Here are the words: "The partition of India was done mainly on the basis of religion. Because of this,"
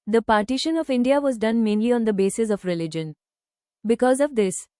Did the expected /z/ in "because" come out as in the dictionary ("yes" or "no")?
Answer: yes